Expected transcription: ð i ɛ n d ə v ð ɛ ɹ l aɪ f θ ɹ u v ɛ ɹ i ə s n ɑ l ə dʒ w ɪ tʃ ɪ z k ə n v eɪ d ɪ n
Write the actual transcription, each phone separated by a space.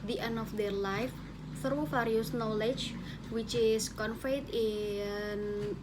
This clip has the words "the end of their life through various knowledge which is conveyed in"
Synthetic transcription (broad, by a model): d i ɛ n ə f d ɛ ɹ l aɪ f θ ɹ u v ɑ ɹ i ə s n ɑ l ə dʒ w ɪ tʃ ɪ s k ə n f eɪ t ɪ n